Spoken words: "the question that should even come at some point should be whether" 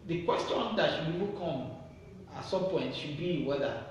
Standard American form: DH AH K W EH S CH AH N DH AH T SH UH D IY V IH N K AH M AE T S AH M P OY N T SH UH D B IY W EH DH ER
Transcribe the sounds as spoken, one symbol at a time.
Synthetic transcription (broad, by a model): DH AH K W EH S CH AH N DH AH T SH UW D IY P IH K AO M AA T S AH M P OY N T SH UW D B IY W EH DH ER